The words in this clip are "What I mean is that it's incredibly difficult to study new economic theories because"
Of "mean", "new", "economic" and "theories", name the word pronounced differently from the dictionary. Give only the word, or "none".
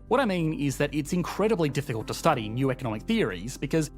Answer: none